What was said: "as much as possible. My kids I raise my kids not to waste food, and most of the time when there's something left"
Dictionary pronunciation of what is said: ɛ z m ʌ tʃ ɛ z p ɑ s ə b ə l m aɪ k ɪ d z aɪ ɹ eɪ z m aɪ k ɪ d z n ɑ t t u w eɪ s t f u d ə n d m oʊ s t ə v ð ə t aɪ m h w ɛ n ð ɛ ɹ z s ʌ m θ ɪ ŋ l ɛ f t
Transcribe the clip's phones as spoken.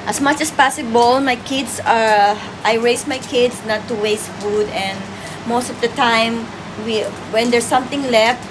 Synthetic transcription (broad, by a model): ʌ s m ʌ tʃ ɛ s p ɑ s ə b ə l m aɪ k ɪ d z aɪ ɹ eɪ s m aɪ k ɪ d s n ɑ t t u w eɪ s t f u d ə n d m oʊ s t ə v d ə t aɪ m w w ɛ n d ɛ ɹ s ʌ m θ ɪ ŋ l ɛ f t